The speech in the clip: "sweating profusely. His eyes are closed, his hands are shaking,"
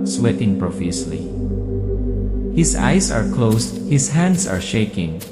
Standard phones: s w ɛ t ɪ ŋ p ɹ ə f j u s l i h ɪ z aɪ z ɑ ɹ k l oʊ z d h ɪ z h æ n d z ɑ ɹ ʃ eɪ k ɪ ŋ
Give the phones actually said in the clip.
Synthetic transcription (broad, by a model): s w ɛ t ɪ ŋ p ɹ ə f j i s l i h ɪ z aɪ s ɑ ɹ k l oʊ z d h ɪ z h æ n d s ɑ ɹ ʃ eɪ k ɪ ŋ